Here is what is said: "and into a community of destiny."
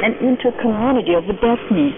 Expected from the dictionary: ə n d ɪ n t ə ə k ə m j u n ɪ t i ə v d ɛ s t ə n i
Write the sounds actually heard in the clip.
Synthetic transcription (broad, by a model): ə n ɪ n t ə ə k ə m j u n ɪ t i ə v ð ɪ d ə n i